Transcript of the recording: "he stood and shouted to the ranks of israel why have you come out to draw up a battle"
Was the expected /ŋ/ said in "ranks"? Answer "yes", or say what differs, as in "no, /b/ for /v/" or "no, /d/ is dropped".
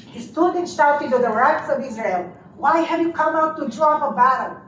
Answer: no, /ŋ/ is dropped